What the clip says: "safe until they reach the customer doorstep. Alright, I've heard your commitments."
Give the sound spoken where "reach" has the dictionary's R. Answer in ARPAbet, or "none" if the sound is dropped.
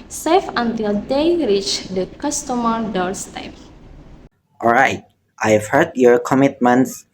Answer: R